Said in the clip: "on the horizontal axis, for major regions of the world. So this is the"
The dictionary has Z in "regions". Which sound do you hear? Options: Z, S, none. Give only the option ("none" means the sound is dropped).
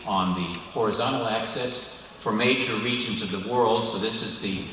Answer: Z